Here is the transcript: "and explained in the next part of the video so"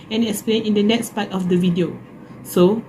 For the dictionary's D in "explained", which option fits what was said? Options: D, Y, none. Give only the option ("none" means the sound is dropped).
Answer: none